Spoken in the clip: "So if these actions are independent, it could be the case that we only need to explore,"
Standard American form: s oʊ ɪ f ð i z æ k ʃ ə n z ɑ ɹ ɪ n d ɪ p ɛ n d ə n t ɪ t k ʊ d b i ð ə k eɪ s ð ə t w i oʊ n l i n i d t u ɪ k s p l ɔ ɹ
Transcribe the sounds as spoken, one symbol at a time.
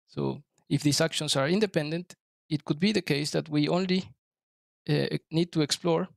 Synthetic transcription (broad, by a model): s oʊ ɪ f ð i s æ k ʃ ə n s ɑ ɹ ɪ n d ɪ p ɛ n d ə n t ɪ t k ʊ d b i ð ə k eɪ s ð ə t w i oʊ n l i n i d t u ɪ k s p l ɔ ɹ